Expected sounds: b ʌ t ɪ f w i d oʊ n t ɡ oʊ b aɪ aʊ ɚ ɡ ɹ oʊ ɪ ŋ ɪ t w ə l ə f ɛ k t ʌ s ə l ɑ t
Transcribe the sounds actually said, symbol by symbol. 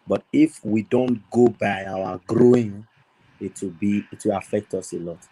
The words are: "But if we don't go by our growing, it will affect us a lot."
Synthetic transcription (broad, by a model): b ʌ t ɪ f w i d oʊ n t ɡ oʊ b aɪ aʊ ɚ ɡ ɹ oʊ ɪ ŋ ɪ t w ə w ə f ɛ k t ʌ s ə l ɑ t